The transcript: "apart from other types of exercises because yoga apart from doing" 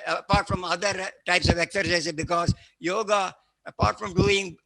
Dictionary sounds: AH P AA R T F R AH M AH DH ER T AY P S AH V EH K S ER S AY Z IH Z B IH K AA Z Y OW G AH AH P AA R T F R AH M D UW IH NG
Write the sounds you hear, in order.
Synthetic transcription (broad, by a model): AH P AA R T F R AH M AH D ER T AY P S AH V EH K S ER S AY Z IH B IH K AA Z Y OW G AH AH P AA R T F R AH M D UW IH NG